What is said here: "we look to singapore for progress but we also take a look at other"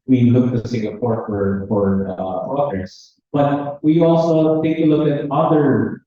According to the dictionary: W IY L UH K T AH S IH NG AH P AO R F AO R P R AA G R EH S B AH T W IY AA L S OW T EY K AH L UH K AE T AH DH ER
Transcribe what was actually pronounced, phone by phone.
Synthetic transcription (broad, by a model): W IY L UH K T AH S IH NG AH P AO R F AO R F R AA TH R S B AH T W IY AA L S OW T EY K AH L UH K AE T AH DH ER